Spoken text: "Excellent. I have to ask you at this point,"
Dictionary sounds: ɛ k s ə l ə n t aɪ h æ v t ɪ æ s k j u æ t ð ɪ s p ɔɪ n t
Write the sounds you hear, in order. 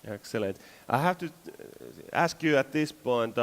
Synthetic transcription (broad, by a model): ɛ k s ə l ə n t aɪ h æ f t ɪ æ s k j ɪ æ t ð ɪ s p ɔɪ n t